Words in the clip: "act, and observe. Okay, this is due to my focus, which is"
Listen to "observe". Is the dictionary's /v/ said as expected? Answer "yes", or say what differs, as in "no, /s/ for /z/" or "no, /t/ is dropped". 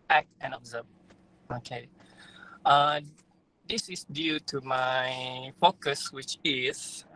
no, /b/ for /v/